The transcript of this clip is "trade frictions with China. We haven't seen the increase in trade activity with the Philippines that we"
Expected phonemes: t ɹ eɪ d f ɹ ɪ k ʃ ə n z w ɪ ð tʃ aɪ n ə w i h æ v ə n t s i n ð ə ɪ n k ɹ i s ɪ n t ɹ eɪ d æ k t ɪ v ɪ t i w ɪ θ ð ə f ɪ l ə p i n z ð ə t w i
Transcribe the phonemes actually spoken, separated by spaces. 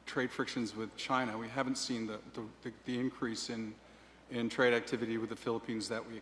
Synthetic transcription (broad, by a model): t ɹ eɪ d f ɹ ɪ k ʃ ə n z w ɪ ð tʃ aɪ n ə w i h æ v ə n t s i n ð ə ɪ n k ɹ i s ɪ n t ɹ eɪ d æ k t ɪ v ɪ t i w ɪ ð ə f ɪ l ə p i n z ð ə t w i